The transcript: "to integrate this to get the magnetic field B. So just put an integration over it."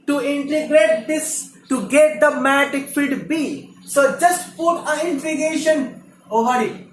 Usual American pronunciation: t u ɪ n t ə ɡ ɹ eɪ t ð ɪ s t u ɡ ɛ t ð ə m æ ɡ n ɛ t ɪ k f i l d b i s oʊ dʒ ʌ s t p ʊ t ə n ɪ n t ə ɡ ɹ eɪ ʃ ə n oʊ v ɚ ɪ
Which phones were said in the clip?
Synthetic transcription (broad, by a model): t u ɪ n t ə ɡ ɹ eɪ t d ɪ s t u ɡ ɛ t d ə m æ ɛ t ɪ k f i d b i s oʊ dʒ ʌ s t p ʊ t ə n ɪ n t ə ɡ eɪ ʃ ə n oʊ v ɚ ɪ